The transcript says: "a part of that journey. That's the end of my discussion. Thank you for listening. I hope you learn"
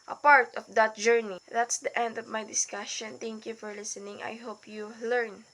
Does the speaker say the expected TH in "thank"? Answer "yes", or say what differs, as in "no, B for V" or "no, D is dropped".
no, T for TH